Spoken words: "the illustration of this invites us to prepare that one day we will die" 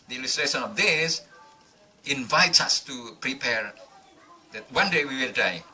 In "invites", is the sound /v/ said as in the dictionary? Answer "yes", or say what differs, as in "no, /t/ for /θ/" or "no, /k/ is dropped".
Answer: yes